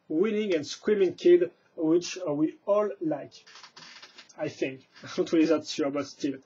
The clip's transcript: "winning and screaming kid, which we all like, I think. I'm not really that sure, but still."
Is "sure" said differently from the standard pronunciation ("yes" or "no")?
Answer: yes